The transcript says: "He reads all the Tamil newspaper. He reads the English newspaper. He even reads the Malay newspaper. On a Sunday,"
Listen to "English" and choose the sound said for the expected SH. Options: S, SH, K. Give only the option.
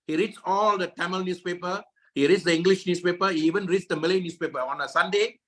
SH